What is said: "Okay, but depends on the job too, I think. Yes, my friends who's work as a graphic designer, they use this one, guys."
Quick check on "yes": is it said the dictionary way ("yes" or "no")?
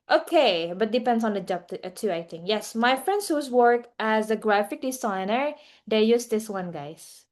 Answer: yes